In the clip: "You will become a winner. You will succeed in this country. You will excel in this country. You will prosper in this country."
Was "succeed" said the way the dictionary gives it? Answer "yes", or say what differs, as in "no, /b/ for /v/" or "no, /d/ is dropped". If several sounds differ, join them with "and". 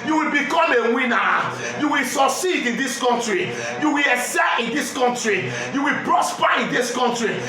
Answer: no, /k/ is dropped